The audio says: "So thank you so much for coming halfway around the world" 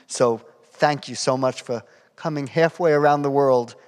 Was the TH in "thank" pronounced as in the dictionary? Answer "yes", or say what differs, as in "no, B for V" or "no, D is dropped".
yes